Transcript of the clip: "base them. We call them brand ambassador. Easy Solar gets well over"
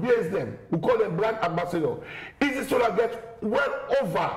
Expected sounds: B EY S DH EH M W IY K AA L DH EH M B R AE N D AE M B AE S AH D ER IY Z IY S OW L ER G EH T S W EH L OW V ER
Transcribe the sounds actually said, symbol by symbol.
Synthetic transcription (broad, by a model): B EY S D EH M W IY K AA L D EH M B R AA N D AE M B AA S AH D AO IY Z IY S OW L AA G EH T W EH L OW V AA